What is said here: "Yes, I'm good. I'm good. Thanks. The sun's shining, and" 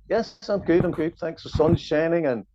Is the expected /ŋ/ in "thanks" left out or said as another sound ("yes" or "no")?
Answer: no